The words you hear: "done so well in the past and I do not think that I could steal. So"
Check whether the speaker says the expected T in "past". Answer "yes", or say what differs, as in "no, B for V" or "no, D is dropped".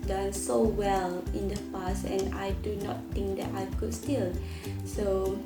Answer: no, T is dropped